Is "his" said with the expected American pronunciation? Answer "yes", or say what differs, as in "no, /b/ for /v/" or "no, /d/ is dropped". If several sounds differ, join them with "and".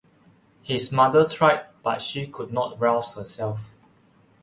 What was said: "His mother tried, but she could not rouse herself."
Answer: no, /s/ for /z/